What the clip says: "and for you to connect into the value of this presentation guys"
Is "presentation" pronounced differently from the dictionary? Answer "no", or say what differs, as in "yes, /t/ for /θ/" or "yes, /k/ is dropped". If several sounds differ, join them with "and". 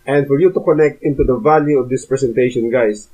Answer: yes, /s/ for /z/